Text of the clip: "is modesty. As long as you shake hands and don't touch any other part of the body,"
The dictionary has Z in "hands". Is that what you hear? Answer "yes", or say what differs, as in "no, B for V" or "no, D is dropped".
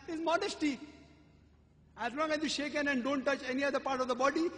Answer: no, Z is dropped